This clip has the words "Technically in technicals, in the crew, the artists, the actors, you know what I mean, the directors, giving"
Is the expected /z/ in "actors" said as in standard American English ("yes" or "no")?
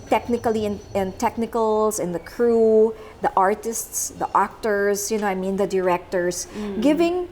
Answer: no